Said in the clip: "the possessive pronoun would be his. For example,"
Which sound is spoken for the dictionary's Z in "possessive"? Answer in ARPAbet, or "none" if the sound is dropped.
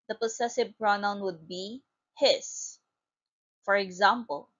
S